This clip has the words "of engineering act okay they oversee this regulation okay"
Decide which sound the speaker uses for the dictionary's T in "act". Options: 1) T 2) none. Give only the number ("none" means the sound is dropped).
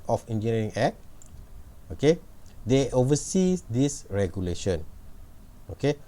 2